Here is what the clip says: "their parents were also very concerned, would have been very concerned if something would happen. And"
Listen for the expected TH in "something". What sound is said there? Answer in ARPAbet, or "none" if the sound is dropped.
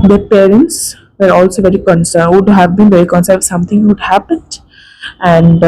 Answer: T